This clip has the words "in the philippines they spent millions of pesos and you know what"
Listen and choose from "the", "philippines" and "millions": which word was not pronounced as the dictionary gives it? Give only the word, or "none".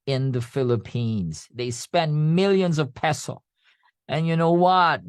none